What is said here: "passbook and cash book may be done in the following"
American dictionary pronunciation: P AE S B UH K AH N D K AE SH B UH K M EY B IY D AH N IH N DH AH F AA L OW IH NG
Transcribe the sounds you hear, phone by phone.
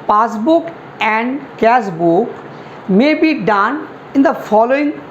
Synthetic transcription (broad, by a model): P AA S B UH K AH N D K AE S B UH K M EY B IY D AH N IH N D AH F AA L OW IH NG